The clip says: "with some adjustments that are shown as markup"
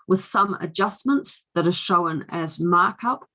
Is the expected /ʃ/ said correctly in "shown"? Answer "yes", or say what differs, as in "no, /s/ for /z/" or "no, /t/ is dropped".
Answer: yes